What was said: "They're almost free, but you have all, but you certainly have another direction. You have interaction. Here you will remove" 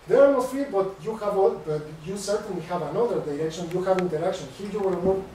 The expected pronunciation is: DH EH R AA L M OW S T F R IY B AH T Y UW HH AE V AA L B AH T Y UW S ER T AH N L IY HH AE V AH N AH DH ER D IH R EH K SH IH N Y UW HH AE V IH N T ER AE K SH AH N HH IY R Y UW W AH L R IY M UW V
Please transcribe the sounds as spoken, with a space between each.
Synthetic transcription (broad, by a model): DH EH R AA M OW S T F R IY B AH T Y UW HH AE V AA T B AH T Y UW S ER T AH N L IY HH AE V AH N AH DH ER D IH R EH K SH IH N Y UW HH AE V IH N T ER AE K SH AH N HH IY R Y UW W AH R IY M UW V